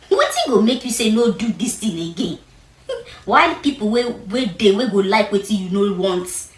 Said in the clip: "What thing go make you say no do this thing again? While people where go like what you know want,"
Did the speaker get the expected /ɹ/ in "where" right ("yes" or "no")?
no